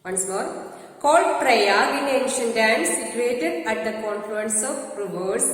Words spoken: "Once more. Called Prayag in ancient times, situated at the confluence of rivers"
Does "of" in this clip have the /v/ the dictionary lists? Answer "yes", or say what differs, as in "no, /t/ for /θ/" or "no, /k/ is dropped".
no, /p/ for /v/